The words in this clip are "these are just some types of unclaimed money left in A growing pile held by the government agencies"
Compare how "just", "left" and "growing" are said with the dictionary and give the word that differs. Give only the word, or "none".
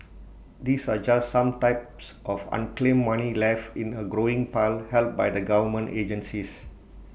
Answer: left